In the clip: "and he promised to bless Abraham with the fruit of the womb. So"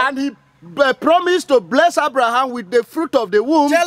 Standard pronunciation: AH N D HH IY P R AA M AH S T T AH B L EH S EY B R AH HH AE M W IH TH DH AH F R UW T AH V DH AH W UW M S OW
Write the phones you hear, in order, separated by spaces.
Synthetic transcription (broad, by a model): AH N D HH IY P R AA M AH S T T AH B L EH S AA B R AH HH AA M W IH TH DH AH F R UW T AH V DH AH W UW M